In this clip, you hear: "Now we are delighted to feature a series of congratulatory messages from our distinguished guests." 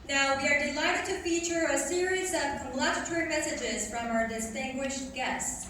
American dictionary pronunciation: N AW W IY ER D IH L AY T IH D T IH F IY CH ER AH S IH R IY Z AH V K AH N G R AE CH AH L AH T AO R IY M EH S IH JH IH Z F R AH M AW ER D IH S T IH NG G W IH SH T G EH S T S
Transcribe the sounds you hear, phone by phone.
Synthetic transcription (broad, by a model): N AW W IY ER D IH L AY T IH D T IH F IY CH ER AH S IH R IY Z AH V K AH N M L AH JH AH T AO R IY M EH S IH JH IH Z F R AH M AW ER D IH S T IH NG G W IH SH T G EH S T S